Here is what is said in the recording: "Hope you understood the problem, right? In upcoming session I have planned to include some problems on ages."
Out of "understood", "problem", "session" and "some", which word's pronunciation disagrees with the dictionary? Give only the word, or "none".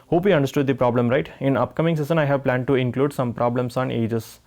session